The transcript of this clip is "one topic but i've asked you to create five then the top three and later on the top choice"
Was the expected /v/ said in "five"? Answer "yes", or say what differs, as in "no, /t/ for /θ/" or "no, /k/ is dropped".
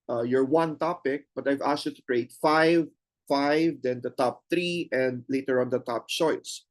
yes